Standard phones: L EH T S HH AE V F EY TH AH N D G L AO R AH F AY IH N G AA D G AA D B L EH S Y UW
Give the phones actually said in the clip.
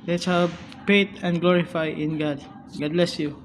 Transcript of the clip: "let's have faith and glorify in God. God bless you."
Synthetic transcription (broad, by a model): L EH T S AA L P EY T AH N D G L AO R AH F AY IH N G AA D G AA D B L EH S Y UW